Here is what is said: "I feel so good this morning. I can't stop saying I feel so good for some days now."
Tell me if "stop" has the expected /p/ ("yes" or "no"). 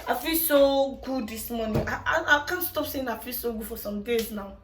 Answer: yes